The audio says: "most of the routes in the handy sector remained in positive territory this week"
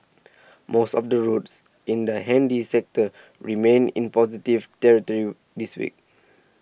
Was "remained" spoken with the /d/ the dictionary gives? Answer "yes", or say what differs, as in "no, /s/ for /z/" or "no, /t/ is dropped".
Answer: no, /d/ is dropped